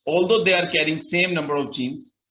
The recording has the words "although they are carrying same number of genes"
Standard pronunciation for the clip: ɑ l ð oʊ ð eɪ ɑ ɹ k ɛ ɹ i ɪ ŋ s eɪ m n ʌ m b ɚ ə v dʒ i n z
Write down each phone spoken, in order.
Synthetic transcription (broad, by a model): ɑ l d oʊ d eɪ ɑ ɹ k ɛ ɹ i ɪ ŋ s eɪ m n ʌ m b ɚ ə v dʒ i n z